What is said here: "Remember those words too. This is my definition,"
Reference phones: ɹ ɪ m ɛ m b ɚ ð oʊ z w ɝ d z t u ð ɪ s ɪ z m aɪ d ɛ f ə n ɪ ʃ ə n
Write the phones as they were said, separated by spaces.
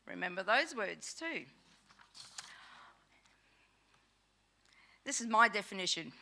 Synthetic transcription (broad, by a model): ɹ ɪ m ɛ m b ɚ ð oʊ z w ɝ d z t u ð ɪ s ɪ z m aɪ d ɛ f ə n ɪ ʃ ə n